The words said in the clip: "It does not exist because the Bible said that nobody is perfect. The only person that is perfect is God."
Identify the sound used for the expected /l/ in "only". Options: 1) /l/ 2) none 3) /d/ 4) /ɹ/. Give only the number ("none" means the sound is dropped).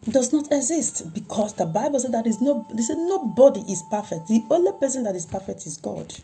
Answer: 1